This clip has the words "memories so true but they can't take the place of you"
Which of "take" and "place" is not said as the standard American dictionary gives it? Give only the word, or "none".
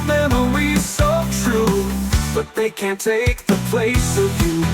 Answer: none